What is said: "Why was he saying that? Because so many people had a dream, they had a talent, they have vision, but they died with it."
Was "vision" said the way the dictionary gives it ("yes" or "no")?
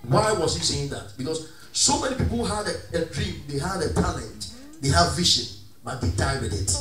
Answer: no